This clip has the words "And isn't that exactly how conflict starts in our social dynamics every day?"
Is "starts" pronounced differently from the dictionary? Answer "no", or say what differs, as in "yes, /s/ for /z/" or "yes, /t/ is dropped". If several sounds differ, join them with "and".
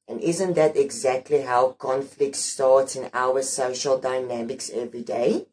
no